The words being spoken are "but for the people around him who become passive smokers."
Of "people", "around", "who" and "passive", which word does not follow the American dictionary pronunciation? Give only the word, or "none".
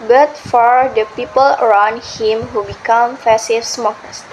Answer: passive